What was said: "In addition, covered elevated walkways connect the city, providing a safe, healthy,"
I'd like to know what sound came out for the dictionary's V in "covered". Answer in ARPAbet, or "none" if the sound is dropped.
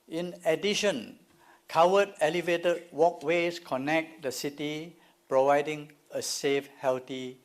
W